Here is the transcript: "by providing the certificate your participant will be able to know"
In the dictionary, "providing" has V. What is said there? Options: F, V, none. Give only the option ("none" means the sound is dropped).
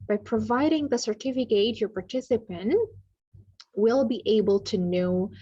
V